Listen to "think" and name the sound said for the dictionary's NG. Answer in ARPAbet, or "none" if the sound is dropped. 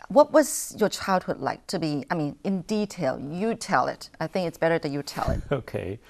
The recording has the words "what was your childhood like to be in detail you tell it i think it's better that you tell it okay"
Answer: NG